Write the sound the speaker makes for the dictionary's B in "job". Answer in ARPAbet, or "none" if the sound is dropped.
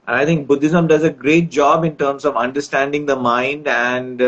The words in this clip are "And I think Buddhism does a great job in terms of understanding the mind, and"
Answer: B